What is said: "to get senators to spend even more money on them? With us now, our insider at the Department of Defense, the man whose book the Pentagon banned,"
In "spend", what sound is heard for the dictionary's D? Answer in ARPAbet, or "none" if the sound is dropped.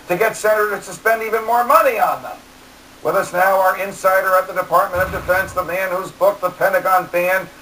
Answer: D